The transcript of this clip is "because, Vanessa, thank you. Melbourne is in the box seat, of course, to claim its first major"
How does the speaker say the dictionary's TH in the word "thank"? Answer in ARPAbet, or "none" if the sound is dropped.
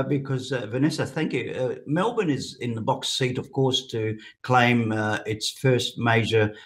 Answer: TH